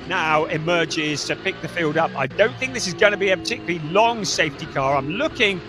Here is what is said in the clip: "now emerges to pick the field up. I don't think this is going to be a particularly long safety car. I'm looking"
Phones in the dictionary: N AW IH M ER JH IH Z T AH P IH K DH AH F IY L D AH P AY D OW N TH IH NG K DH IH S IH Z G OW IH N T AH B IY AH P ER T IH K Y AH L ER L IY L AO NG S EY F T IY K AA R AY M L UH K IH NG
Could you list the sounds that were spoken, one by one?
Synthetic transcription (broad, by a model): N AW IH M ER JH IH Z T AH P IH K DH AH F IY L D AH P AY D OW N TH IH NG K DH IH S IH Z G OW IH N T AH B IY AH P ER T IH K Y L L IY L AO NG S EY F T IY K AA R AY M L UH K IH NG